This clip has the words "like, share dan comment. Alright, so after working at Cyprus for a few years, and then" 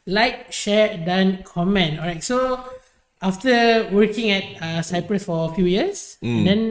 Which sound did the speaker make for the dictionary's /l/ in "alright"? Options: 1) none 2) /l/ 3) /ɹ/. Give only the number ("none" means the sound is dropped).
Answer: 1